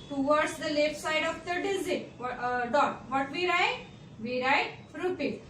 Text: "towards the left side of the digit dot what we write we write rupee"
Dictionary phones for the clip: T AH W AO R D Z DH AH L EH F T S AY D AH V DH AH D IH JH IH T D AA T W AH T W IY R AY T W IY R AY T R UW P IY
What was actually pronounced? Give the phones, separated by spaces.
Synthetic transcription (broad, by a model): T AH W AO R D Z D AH L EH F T S AY D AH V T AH D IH Z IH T D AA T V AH T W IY R AY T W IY R AY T R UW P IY